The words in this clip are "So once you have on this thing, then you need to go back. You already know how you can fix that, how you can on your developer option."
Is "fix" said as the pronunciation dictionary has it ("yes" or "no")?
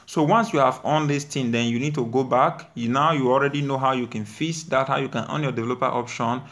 no